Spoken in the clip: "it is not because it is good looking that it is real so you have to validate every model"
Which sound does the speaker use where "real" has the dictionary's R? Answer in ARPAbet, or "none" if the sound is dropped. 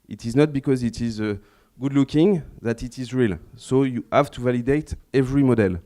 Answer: R